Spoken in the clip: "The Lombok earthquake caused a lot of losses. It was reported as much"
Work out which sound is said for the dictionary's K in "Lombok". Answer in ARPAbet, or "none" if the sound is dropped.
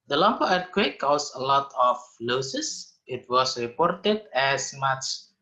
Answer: none